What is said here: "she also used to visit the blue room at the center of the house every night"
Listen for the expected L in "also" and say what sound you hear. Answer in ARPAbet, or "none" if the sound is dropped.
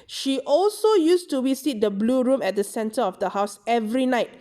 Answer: L